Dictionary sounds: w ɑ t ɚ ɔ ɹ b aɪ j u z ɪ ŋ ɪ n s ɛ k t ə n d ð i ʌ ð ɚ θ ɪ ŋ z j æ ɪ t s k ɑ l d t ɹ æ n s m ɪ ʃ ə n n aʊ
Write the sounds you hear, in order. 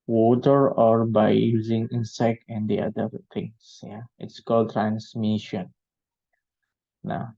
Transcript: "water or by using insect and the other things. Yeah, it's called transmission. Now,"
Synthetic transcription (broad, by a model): w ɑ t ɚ ɔ ɹ b aɪ j u z ɪ ŋ ɪ n s ɛ k t ə n d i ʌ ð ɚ t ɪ ŋ s j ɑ ɪ t s k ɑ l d t ɹ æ n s m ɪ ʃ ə n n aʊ